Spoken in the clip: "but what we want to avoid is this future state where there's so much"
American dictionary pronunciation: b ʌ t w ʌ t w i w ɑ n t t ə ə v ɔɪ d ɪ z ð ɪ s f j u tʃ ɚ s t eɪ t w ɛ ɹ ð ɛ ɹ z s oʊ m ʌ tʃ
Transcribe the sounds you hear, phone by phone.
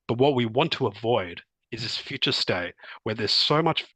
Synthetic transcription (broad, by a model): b ʌ t w ʌ t w i w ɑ n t t ə ə v ɔɪ d ɪ z ð ɪ s f j u tʃ ɚ s t eɪ t w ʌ ɹ ð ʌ ɹ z s oʊ m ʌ tʃ